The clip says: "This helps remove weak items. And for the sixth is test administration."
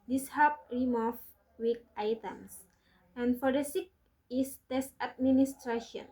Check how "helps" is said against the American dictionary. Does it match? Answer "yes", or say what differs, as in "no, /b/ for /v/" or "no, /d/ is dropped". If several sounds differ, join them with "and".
no, /l/ is dropped and /s/ is dropped